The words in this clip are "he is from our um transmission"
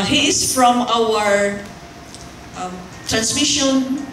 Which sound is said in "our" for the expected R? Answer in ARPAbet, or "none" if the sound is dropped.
W